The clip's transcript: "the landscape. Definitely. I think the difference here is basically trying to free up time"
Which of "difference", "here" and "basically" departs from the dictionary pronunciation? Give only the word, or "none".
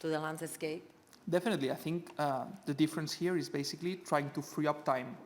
none